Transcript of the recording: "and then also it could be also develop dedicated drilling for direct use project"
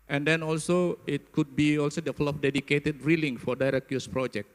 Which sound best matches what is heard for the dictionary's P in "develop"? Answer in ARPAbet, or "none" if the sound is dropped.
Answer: F